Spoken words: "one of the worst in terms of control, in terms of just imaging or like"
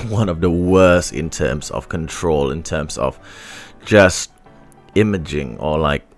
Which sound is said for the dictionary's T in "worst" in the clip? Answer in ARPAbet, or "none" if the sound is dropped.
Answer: T